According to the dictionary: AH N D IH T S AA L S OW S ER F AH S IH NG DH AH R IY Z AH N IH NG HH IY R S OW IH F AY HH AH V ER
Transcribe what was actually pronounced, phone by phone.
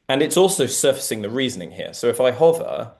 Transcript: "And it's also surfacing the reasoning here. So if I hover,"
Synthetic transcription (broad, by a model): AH N IH T S AA L S OW S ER F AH S IH NG DH AH R IY Z AH N IH NG HH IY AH S OW IH F AY HH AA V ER